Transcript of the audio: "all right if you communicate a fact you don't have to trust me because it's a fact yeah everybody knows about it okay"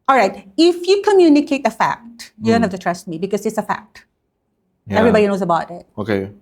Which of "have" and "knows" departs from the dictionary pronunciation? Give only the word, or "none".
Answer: have